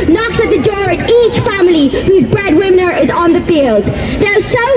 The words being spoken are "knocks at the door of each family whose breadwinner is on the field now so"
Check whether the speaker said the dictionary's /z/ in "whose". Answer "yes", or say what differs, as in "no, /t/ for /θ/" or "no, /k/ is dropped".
yes